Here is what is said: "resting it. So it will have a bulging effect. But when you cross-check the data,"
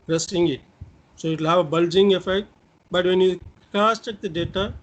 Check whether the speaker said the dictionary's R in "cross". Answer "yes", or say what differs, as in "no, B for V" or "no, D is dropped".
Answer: no, R is dropped